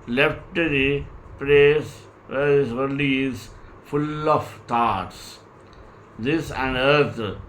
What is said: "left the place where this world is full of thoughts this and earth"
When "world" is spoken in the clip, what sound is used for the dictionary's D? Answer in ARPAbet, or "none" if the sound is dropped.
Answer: none